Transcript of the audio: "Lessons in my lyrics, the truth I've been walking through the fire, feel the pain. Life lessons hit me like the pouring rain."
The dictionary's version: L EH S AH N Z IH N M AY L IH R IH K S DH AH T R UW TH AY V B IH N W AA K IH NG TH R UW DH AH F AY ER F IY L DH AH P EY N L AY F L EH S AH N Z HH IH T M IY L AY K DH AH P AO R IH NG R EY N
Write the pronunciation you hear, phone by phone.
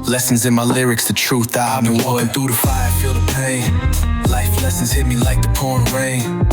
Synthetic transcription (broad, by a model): L EH S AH N Z IH N M AY L IH R IH K S DH AH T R UW TH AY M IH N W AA IH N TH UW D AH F AY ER F IY L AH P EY L AY F L EH S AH N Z HH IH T M IY L AY K DH AH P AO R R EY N